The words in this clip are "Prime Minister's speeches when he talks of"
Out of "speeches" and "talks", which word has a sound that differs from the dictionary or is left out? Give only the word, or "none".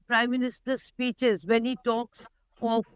none